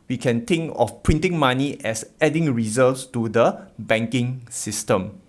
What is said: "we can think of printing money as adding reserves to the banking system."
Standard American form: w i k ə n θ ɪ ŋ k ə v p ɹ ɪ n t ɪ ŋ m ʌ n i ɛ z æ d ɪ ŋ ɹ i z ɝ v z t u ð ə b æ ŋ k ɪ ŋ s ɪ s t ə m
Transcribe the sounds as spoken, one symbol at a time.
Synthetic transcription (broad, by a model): w i k ə n t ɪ ŋ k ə f p ɹ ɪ n t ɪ ŋ m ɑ n i ɛ s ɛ d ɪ ŋ ɹ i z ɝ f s t u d ə b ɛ ŋ k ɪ ŋ s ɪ s t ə m